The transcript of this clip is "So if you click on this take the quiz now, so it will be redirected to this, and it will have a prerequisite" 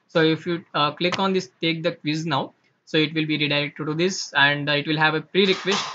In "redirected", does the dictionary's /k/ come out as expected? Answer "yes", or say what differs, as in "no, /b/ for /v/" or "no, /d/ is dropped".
no, /k/ is dropped